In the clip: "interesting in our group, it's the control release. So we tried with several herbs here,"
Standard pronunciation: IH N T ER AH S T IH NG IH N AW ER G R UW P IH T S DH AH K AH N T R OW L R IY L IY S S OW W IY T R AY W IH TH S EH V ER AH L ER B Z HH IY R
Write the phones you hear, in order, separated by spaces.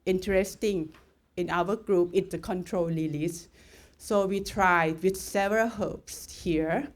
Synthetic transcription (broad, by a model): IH N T ER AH S T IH NG IH N AW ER G R UW P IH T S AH K AH N T R OW L L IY L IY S S OW W IY T R AY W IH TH S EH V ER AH L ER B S HH IY R